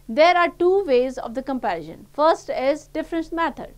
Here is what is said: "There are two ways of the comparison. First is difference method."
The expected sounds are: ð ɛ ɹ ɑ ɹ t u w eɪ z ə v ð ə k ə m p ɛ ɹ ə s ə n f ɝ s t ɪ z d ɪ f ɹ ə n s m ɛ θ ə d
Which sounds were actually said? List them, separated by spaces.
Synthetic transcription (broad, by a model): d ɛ ɹ ɑ ɹ t u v eɪ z ə v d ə k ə m p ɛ ɹ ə ʃ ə n f ɝ s t ɪ z d ɪ f ɹ ə n s m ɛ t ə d